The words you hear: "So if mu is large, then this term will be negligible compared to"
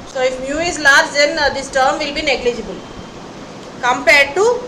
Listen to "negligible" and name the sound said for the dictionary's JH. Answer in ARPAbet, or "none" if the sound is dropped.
JH